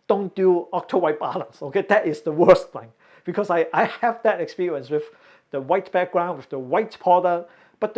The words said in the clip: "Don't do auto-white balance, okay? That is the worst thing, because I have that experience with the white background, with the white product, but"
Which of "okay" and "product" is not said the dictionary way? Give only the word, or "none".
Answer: product